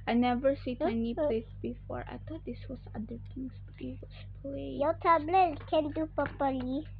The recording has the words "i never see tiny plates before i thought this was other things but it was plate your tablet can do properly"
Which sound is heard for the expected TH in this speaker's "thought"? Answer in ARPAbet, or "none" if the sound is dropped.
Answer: T